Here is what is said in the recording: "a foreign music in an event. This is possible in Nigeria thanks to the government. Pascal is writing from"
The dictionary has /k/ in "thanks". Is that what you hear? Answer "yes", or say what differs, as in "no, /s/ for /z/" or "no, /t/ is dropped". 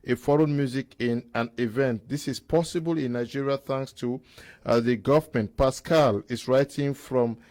yes